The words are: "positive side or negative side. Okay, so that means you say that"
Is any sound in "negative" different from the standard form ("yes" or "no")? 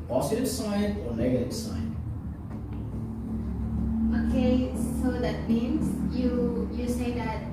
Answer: no